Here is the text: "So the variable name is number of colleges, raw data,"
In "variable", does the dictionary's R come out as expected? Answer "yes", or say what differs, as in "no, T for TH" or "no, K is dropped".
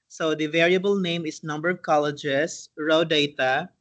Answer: yes